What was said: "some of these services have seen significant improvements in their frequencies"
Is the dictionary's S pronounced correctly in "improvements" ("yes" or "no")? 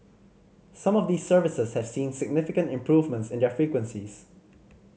yes